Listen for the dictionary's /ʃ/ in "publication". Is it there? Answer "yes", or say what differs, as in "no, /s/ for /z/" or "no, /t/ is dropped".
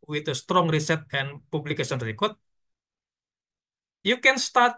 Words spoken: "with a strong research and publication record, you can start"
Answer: no, /s/ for /ʃ/